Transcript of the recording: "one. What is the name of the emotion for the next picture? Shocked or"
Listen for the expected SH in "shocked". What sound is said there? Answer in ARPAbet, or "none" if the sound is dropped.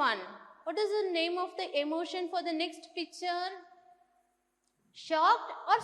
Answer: SH